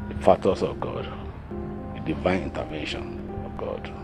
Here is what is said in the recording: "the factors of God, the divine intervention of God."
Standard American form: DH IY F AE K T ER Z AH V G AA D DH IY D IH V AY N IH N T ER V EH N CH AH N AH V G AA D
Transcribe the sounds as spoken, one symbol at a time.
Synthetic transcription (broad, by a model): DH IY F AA T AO S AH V G AA D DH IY D IH V AY N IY N T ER V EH N SH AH N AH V G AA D